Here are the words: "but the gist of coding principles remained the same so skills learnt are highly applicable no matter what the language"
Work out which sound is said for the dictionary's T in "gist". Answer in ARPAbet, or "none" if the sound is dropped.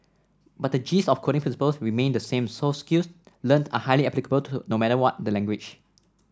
none